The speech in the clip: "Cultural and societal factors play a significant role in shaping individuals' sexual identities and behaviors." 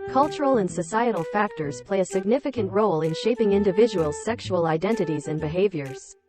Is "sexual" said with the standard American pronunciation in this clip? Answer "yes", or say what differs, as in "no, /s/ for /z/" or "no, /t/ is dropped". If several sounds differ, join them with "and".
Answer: yes